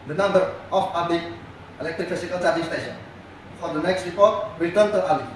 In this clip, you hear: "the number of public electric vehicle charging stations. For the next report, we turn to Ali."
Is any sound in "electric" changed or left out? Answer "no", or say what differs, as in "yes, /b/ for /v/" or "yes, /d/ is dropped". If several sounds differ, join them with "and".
no